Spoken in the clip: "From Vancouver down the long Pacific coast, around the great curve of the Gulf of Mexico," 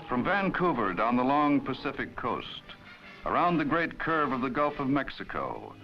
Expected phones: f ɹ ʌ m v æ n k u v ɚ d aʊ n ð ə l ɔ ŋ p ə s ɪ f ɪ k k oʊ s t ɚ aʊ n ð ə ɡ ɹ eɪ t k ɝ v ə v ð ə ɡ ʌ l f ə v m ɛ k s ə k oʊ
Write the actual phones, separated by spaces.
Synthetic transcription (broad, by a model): f ɹ ʌ m v æ n k u v ɚ d n ð ə l ɔ ŋ p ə s ɪ f ɪ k k oʊ s t ɚ aʊ n ð ə ɡ ɹ eɪ t k ɝ v ə v ð ə ɡ ʌ l f ə v m ɛ k s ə k oʊ